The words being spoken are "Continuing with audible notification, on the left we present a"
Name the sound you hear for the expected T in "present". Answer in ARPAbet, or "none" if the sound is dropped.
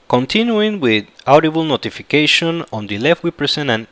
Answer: none